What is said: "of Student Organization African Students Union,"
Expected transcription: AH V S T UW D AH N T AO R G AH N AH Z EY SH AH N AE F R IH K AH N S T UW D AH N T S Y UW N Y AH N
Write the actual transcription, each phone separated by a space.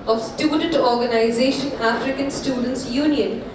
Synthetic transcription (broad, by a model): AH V S T UW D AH N T AO R G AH N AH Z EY SH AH N AE F R IH K AH N S T UW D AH N T S Y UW N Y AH N